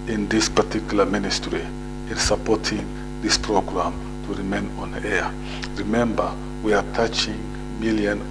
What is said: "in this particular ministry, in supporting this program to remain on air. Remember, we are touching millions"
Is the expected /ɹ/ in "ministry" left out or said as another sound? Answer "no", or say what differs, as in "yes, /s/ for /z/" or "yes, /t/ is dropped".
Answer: no